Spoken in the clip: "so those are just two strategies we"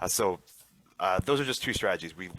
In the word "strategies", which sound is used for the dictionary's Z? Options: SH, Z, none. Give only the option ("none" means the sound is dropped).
Z